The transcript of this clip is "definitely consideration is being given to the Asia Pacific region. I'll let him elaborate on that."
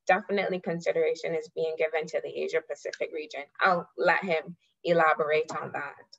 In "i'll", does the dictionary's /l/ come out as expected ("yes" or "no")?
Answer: yes